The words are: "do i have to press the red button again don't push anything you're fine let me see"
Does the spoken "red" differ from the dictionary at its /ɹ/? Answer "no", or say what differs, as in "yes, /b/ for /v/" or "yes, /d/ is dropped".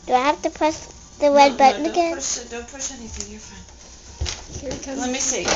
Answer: yes, /w/ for /ɹ/